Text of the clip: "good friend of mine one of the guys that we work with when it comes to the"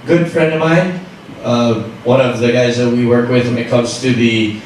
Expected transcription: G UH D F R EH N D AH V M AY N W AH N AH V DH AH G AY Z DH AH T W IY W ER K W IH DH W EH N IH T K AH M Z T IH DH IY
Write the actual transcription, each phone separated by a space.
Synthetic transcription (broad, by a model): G UH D F R EH N D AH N M AY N W AH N AH V DH AH G AY Z DH AH T W IY W ER K W IH DH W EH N IH T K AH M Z T IH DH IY